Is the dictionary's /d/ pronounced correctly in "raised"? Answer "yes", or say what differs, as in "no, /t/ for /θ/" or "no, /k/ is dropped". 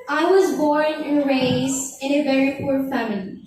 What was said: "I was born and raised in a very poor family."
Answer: no, /d/ is dropped